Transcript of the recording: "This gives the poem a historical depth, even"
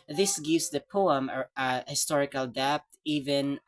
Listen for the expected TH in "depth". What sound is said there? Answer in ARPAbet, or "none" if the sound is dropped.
T